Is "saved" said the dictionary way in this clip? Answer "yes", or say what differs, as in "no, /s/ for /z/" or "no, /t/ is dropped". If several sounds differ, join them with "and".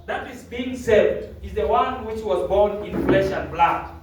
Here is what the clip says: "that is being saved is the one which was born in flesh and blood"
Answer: no, /v/ is dropped